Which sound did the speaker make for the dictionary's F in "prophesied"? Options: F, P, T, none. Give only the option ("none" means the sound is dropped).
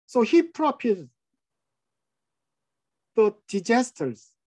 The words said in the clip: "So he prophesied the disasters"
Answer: P